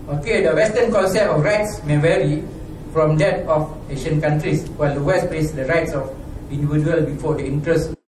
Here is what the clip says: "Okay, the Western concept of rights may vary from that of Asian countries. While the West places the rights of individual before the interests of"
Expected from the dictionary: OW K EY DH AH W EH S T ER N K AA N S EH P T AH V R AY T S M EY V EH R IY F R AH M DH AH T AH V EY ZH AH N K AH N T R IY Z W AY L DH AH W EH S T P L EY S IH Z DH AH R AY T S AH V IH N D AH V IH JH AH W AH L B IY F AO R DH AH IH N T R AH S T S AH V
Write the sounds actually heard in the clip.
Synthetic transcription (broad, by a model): OW K EY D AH W EH S T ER N K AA N S EH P AH F R AY T S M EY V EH R IY F R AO M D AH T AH F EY SH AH N K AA N T R IY S W AY L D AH W EH S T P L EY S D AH R AY T S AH F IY N D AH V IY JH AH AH L B IY F AO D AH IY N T R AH S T